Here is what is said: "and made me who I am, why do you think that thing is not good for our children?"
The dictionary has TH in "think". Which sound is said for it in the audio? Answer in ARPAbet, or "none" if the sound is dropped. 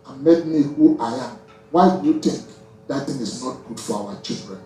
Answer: T